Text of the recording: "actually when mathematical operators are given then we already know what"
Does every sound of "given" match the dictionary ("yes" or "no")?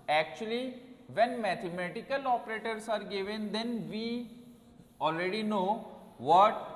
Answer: yes